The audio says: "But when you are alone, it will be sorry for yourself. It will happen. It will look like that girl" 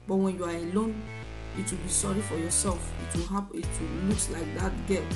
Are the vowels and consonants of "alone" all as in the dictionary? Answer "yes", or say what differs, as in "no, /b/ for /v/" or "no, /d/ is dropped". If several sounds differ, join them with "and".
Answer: yes